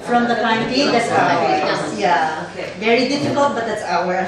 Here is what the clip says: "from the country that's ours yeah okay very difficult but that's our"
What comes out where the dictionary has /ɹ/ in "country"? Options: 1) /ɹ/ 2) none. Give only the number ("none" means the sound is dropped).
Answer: 2